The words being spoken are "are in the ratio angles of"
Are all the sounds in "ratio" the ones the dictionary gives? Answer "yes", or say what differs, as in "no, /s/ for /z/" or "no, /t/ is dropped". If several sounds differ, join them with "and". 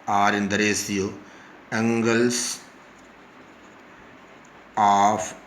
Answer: no, /s/ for /ʃ/